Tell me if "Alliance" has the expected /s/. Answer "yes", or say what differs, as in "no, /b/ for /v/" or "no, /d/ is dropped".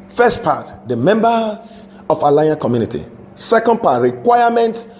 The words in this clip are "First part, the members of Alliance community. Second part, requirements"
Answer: no, /s/ is dropped